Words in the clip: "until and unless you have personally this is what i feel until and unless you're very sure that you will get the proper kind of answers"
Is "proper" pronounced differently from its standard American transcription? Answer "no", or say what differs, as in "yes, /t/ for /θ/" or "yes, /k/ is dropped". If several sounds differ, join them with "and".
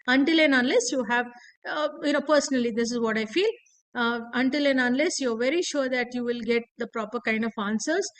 no